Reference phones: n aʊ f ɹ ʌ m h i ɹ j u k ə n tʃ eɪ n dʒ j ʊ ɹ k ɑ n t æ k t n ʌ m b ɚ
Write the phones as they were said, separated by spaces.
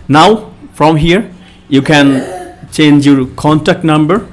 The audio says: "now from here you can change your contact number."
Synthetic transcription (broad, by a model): n aʊ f ɹ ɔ m h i ɹ j u k ə n tʃ eɪ n dʒ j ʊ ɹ k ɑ n t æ k t n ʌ m b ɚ